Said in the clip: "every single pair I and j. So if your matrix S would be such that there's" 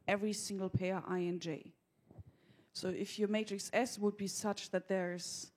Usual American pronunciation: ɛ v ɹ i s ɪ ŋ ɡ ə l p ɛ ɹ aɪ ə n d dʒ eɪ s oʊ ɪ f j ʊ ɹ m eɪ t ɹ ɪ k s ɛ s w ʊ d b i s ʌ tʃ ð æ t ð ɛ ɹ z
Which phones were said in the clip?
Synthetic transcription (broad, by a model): ɛ v ɹ i s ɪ ŋ ɡ l p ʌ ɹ aɪ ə n dʒ eɪ s oʊ ɪ f j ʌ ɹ m eɪ t ɹ ɪ k s ɛ s w ʊ d b i s ʌ tʃ ð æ t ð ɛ ɹ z